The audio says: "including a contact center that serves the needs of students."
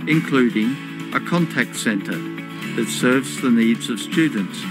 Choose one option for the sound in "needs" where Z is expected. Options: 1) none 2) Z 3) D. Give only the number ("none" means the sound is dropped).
2